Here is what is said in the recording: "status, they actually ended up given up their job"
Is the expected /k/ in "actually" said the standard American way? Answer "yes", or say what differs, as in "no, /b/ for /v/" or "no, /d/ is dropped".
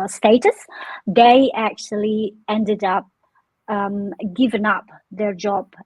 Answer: yes